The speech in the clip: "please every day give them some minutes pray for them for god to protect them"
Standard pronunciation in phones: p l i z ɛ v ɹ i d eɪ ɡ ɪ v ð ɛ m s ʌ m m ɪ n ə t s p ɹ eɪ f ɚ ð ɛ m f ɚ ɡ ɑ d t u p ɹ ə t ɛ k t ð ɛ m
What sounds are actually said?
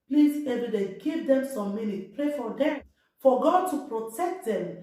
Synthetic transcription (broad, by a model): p l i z ɛ v ɹ i d eɪ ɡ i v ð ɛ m s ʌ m m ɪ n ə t p ɹ eɪ f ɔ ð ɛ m f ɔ ɡ ɑ d t u p ɹ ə t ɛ k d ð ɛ m